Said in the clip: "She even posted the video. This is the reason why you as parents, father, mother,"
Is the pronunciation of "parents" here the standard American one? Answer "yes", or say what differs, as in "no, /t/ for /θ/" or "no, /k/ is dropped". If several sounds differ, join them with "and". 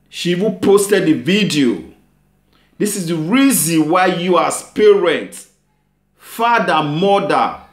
no, /s/ is dropped